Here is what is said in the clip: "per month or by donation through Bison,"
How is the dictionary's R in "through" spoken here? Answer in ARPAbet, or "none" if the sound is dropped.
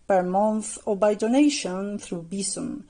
R